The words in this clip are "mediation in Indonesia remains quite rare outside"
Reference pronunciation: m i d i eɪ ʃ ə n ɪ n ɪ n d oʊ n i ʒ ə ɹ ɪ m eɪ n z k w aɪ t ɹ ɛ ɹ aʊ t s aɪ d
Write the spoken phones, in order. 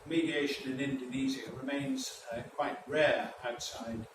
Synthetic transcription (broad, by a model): m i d i eɪ ʃ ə n ɪ n ɪ n d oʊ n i z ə ɹ ɪ m eɪ n z k w aɪ t ɹ ɛ ɹ aʊ t s aɪ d